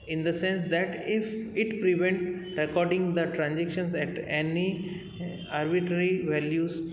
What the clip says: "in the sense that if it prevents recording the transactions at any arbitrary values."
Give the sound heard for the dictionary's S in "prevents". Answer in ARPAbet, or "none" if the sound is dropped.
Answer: none